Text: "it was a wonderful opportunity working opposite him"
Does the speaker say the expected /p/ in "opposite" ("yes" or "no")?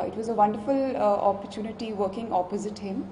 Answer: yes